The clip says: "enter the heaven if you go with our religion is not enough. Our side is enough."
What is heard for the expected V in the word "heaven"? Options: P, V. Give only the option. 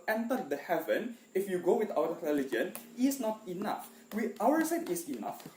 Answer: V